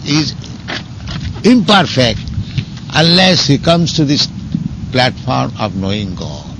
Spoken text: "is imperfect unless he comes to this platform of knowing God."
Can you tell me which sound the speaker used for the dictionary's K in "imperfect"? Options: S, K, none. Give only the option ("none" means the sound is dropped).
K